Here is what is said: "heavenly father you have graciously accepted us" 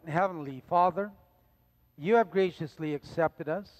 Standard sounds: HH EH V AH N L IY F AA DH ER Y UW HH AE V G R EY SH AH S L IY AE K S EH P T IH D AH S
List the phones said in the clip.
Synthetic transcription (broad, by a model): HH EH V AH N L IY F AA DH ER Y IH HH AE V G R EY SH AH S L IY AE K S EH P T IH D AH S